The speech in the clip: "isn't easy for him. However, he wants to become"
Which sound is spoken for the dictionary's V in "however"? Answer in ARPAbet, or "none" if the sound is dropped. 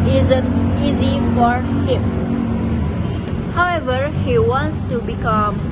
V